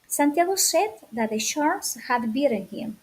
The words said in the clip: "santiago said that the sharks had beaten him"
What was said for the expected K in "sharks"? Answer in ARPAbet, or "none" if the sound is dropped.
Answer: none